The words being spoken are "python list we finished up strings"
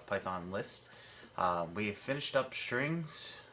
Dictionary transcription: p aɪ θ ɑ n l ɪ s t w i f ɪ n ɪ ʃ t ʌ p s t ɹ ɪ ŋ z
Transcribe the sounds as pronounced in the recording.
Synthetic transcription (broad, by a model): p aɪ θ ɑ n l ɪ s t w i f ɪ n ɪ ʃ t ʌ p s t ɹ ɪ ŋ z